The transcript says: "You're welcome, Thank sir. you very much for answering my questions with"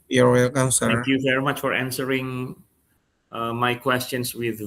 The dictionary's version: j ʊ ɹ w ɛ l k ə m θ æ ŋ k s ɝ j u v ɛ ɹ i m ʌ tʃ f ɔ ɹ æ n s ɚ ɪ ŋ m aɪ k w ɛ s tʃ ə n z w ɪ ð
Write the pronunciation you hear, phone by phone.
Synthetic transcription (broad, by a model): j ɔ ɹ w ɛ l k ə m s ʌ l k j u v ɛ ɹ i m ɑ tʃ f ɔ ɹ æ n s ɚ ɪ ŋ m aɪ k w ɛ s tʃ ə n s w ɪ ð